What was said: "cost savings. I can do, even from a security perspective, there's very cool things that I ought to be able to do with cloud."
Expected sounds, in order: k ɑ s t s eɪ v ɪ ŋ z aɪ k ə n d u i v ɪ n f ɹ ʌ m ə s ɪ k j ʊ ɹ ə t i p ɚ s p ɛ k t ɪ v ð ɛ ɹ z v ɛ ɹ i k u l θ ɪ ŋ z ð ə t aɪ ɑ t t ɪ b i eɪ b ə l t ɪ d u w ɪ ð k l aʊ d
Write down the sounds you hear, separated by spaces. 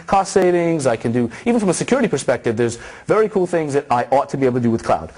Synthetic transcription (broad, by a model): k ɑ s s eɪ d ɪ ŋ z aɪ k ə n d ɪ i v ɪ n f ɹ ʌ m ə s ɪ k j ʊ ɹ ə t i p ɚ s p ɛ k t ɪ v ð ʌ ɹ z v ɛ ɹ i k u l θ ɪ ŋ z ð ə t aɪ ɑ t t ɪ b i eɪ ə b t ɪ d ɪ w ɪ ð k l aʊ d